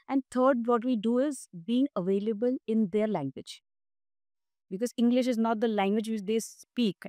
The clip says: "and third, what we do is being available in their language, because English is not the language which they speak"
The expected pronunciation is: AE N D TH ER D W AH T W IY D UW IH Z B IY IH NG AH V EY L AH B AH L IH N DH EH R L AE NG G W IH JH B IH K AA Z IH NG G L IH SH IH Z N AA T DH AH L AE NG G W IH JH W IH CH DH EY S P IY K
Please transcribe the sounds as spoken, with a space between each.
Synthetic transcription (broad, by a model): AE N D T ER D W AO T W IY D UW IH Z B IY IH NG AH V EY L AH B AH L IH N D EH R L AE NG G W IH JH B IH K AA Z IH NG G L IH SH IH Z N AA T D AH L AE NG G W IH JH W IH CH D EY S P IY K